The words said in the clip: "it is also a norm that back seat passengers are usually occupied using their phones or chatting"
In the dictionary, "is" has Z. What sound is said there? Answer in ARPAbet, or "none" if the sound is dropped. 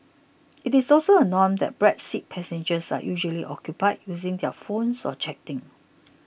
S